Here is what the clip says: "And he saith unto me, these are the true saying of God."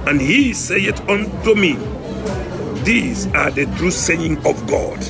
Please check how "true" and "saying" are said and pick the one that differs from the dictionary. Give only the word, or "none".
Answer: none